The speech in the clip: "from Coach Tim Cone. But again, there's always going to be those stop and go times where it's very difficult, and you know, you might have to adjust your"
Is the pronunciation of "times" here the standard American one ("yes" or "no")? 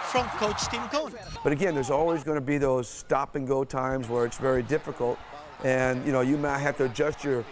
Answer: yes